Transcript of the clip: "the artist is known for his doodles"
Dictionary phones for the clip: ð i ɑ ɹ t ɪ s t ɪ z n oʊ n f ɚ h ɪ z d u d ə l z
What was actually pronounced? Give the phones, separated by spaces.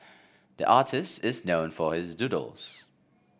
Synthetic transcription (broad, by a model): ð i ɑ ɹ t ɪ s t ɪ z n oʊ n f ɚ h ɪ z d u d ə l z